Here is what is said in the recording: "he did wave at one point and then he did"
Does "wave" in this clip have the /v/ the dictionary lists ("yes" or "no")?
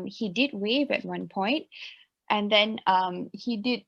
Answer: yes